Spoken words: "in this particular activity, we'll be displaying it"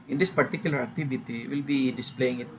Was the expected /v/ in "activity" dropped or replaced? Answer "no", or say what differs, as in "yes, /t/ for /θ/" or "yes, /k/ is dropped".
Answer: yes, /b/ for /v/